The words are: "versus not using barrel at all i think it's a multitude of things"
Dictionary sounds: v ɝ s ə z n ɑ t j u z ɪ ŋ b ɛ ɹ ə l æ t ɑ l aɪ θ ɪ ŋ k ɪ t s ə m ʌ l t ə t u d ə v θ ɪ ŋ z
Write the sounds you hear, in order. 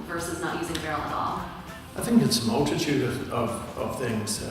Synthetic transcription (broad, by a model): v ɝ s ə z n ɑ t j u z ɪ ŋ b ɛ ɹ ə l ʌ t ɑ l aɪ θ ɪ ŋ k ɪ t s ə m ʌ l t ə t u d ə v θ ɪ ŋ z